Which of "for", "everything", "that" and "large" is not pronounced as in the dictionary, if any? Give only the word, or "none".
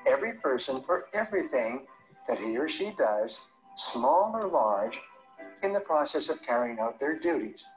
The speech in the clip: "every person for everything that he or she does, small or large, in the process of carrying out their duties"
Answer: none